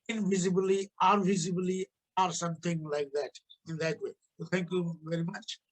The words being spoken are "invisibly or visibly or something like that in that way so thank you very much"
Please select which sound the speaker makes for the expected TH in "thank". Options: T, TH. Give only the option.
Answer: T